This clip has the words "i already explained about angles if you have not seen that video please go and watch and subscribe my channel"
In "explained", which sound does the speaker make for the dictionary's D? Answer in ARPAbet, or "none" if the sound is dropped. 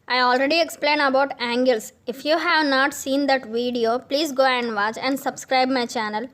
none